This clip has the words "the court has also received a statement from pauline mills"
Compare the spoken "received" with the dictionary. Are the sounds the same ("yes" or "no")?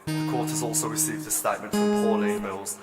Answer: yes